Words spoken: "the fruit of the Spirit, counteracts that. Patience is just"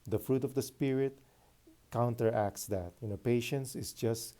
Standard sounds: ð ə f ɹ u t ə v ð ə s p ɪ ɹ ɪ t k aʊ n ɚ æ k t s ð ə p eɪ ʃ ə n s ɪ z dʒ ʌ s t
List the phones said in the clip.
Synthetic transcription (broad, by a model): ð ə f ɹ u t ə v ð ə s p ɪ ɹ ɪ t k aʊ n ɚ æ k t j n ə p eɪ ʃ ə n s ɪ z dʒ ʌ s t